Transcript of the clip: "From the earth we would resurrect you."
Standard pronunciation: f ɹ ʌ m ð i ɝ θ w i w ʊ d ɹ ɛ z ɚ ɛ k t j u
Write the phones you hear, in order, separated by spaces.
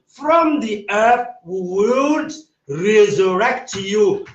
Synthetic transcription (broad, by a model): f ɹ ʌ m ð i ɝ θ w i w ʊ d ɹ ɛ z ɚ ɛ k t j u